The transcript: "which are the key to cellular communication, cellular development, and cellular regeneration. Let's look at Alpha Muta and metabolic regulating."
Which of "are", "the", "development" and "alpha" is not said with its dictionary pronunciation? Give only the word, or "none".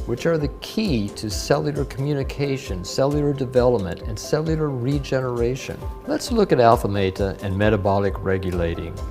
none